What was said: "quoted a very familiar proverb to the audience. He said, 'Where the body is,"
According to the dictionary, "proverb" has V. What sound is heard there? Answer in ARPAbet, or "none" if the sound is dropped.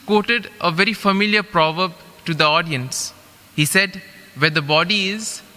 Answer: V